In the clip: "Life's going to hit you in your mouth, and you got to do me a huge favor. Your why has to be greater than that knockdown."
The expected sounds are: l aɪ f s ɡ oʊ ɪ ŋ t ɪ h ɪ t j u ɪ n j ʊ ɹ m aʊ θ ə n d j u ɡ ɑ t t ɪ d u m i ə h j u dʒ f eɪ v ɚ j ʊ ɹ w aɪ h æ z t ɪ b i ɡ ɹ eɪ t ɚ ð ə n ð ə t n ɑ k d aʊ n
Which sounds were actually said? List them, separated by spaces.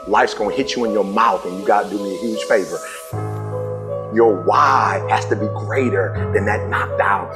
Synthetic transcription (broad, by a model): l aɪ f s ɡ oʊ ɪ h ɪ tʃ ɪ ɪ n j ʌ ɹ m aʊ θ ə n j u ɡ ɑ t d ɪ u m i ə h j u ʒ f eɪ v ɚ j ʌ ɹ w aɪ h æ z t ɪ b i ɡ ɹ eɪ t ɚ ð ə n ð ə t n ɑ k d aʊ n